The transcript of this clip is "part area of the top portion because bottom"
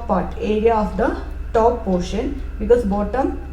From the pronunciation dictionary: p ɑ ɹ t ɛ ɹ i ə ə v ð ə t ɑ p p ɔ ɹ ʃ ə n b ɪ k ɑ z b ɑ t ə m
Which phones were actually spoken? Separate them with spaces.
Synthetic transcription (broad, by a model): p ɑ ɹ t ɛ ɹ i ə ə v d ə t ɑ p p ɔ ɹ ʃ ə n b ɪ k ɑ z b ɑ t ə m